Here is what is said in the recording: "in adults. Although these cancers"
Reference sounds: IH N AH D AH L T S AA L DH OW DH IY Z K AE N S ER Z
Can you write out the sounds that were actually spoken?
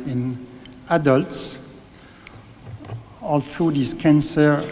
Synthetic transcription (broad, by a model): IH N AH D AH L T S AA L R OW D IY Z K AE N S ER